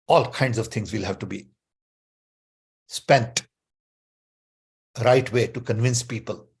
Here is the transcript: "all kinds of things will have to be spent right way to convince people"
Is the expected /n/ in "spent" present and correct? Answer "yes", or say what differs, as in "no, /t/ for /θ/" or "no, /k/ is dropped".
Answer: yes